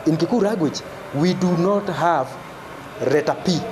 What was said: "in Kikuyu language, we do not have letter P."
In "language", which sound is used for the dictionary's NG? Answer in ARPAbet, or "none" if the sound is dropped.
none